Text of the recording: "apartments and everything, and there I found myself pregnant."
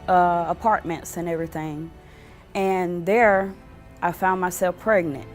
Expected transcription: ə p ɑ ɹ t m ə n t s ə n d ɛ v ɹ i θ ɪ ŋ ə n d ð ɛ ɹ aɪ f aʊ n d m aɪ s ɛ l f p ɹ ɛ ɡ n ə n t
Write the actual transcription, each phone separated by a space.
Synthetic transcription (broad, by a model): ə p ɑ ɹ t m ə n t s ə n ɛ v ɹ i θ ɪ ŋ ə n ð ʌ ɹ aɪ f aʊ n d m aɪ s ɛ l f p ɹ ɛ ɡ n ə n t